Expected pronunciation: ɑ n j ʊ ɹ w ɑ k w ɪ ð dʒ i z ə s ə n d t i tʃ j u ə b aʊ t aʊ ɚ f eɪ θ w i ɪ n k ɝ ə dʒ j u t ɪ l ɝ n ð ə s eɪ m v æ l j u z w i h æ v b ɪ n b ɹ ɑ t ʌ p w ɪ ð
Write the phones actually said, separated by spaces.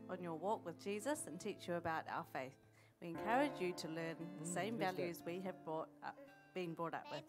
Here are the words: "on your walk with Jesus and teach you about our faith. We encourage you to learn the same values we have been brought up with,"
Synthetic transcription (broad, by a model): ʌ n j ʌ ɹ w ɑ k w ɪ ð dʒ i z ə s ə n t i tʃ j ə b aʊ t aʊ ɚ f eɪ θ w i ɪ n k ɝ ə dʒ j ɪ t ɪ l ɝ n ð ə s eɪ m v æ l j u z w i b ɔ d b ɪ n b ɹ ɑ t ʌ p w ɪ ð